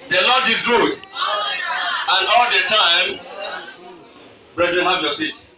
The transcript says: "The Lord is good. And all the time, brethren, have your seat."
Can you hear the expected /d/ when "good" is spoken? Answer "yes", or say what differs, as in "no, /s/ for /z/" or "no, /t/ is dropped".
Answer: no, /d/ is dropped